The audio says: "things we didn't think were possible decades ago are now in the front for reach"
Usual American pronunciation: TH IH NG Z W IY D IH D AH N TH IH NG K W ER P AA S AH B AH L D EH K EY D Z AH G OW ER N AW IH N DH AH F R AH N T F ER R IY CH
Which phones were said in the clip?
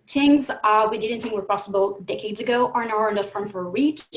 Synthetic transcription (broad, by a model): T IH NG Z W IY D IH D N TH IH NG K W ER P AA S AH B L D EH K EY D Z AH G OW ER N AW IH N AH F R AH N F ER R IY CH